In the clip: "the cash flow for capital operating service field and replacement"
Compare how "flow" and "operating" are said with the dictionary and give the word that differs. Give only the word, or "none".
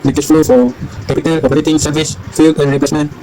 none